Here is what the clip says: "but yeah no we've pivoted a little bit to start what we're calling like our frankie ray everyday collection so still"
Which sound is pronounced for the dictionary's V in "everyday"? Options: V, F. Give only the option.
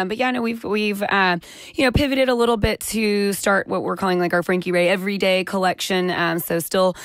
V